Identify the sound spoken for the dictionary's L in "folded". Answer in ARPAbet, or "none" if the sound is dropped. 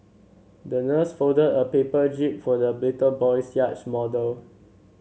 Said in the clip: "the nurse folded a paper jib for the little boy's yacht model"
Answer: none